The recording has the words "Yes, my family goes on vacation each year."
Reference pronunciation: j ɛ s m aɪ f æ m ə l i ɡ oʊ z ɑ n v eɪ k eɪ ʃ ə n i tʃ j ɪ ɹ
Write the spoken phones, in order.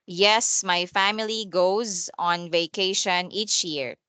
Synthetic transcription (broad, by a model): j ɛ s m aɪ f æ m ə l i ɡ oʊ z ɑ n v eɪ k eɪ ʃ ə n i tʃ j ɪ ɹ